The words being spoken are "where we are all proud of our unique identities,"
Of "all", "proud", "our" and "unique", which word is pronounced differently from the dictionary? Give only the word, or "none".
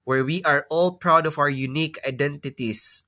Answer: none